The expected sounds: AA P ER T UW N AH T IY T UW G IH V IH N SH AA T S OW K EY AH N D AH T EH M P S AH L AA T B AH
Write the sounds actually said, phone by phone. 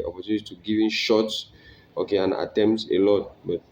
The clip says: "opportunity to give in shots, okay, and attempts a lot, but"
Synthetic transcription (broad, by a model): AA P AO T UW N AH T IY T UW G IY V IH N SH AA T S OW K EY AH N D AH T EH M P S AH L AA T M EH